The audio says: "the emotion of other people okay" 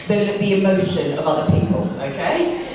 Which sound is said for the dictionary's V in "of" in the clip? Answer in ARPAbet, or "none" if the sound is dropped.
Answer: V